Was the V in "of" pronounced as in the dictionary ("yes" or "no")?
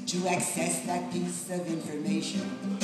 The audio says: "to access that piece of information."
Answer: yes